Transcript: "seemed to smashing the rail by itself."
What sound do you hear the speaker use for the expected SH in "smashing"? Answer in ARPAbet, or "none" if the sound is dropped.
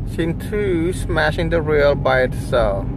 SH